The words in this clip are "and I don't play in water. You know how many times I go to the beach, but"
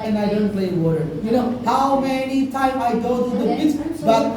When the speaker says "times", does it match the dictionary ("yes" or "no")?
no